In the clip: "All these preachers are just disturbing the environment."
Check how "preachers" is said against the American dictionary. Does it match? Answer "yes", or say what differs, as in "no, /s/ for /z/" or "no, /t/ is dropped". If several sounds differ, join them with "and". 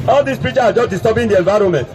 no, /z/ is dropped